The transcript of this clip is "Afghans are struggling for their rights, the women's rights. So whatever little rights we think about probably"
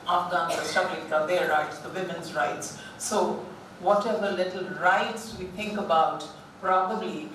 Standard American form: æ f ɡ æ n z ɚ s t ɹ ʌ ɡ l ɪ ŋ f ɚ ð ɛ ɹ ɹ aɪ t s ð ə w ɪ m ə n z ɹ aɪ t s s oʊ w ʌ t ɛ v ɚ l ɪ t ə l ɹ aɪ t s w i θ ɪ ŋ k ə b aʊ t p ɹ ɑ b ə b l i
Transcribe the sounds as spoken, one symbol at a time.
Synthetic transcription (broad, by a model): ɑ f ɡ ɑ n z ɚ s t ʌ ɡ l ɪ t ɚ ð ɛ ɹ ɹ aɪ t s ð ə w ɪ m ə n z ɹ aɪ t s s oʊ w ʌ t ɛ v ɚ l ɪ t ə l ɹ aɪ t s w i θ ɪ ŋ k ə b aʊ t p ɹ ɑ b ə b l i